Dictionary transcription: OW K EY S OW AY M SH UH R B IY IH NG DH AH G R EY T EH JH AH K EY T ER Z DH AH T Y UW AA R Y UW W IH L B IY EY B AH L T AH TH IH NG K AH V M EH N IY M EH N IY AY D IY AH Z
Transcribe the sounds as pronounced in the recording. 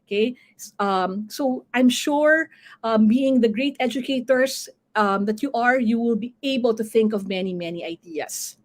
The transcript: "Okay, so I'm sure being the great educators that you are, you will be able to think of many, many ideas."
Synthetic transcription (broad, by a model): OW K EY S OW AY M SH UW R B IY IH NG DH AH G R EY T EH JH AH K EY T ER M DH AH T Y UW AA R Y UW W IH L B IY EY B AH L T AH TH IH NG K AH V M EH N IY M EH N IY AY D IY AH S